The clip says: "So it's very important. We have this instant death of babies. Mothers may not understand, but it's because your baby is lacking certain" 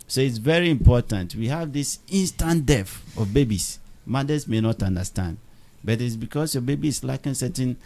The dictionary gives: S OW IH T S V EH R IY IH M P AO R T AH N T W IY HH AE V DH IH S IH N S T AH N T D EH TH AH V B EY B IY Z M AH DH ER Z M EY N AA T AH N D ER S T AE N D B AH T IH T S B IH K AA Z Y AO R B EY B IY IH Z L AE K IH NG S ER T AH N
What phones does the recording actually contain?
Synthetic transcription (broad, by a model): S OW IH T S V EH R IY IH M P AO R T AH N T W IY HH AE V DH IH S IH N S T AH N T D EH F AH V B EY B IY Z M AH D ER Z M EY N AA T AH N D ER S T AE N D B AH T IH T S B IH K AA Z Y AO B EY B IY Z L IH K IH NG S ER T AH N